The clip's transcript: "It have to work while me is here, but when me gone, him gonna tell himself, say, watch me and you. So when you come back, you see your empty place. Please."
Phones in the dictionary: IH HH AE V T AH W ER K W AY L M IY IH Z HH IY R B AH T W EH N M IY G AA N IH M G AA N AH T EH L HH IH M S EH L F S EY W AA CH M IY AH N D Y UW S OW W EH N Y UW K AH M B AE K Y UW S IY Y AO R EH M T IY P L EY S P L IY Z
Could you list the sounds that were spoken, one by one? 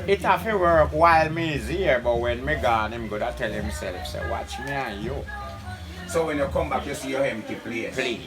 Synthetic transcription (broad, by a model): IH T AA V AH W ER K W AY L M IY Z HH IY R B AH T W EH N M IY G AA N IH M G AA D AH T EH L HH IH M S EH L F S EY W AA CH M IY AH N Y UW S OW W EH N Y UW K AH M B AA K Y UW S IY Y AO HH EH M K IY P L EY P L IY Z